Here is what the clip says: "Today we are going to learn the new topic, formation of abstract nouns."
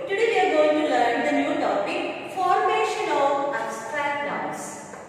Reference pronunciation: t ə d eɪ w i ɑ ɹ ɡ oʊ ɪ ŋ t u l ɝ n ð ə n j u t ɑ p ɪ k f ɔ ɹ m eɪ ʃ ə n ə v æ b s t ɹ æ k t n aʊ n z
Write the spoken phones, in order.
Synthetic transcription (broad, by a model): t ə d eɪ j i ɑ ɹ ɡ oʊ ɪ ŋ t u l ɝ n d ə n j u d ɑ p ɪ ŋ f ɔ ɹ m eɪ ʃ ə n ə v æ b s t ɹ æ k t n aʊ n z